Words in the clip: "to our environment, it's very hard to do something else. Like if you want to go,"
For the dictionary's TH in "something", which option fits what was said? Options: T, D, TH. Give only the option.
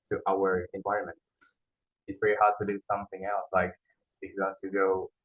TH